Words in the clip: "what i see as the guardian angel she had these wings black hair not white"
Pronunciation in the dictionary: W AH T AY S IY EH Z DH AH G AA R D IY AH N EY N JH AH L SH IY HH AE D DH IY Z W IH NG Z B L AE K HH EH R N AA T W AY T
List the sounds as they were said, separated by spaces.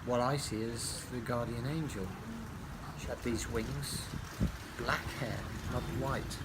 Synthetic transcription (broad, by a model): W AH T AY S IY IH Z DH AH G AA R D IY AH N EY N JH AH L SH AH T DH IY Z W IH NG Z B L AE K HH EH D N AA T W AY T